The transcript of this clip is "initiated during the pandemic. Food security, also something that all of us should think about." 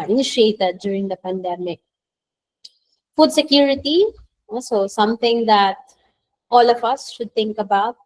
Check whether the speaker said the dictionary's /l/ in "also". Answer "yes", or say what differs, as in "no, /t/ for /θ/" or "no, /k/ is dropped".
no, /l/ is dropped